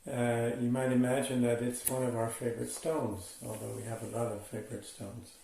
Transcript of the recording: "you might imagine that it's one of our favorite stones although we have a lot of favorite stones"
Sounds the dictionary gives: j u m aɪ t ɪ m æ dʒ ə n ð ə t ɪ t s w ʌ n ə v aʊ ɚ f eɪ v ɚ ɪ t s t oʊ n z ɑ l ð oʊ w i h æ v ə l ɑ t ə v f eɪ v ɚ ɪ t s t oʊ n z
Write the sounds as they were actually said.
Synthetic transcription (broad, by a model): j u m aɪ t ɪ m æ dʒ ə n ð ə t ɪ t s w ʌ n ə v aʊ ɚ f eɪ v ɚ ɪ t s t oʊ n z ɑ l ð oʊ w i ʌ v ə l ɑ t ə v f eɪ v ɚ ɪ t s t oʊ n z